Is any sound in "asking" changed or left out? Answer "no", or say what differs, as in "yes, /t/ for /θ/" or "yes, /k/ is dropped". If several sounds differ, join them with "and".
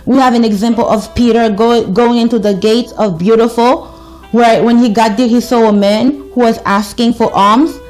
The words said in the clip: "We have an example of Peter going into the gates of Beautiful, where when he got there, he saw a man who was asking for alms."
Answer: no